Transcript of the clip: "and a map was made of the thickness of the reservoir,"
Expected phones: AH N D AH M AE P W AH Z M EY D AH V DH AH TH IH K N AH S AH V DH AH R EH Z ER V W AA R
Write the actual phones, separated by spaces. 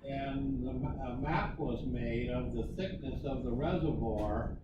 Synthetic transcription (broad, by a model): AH N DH AH M AE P W AH Z M EY D AH V DH AH TH IH K N AH S AH V DH AH R EH Z ER V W AA R